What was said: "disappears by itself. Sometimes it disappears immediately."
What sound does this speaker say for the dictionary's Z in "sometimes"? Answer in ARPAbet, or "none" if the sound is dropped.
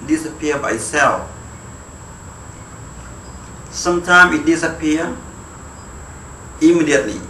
none